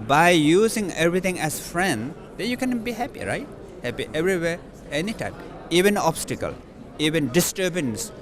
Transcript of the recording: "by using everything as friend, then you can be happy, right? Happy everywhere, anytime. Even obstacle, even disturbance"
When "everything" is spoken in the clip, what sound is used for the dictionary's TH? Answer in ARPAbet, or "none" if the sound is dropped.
T